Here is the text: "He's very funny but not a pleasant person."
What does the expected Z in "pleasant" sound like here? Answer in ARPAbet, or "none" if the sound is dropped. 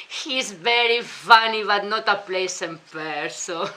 S